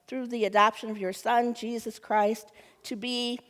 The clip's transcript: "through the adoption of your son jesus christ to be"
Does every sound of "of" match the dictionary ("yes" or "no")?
yes